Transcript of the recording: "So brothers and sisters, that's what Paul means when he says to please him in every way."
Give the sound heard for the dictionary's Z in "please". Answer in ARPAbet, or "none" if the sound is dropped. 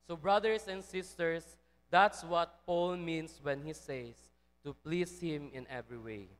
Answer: S